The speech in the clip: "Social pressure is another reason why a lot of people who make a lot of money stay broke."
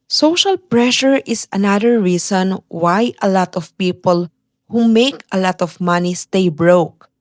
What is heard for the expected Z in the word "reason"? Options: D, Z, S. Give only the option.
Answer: S